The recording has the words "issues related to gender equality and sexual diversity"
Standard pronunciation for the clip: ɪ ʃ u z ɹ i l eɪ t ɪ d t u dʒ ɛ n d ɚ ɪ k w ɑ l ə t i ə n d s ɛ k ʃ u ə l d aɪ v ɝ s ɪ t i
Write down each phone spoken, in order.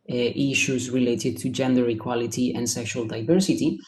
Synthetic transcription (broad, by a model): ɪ ʃ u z ɹ i l eɪ t ɪ d t u dʒ ɛ n d ɚ ɪ k w ɑ l ə t i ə n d s ɛ k ʃ u ə l d aɪ v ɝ s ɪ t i